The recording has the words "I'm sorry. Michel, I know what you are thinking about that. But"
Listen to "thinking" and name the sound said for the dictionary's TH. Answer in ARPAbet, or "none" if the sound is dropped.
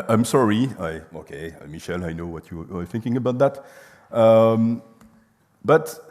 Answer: TH